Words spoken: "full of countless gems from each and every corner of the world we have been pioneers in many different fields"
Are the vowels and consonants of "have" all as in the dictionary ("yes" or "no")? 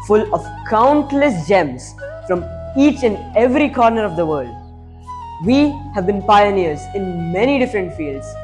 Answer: yes